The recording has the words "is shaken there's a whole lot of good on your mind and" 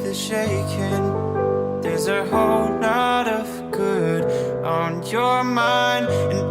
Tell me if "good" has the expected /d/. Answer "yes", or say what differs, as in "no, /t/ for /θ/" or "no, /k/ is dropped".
yes